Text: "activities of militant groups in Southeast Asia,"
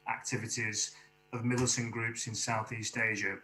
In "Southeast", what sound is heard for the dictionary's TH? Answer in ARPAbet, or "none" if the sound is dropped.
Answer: TH